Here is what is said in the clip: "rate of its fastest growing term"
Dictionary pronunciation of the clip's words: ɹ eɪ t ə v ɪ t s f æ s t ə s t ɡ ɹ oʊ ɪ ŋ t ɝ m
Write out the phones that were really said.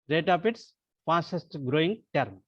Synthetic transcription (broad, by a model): ɹ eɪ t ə p ɪ t s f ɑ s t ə s t ɡ ɹ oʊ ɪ ŋ t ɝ m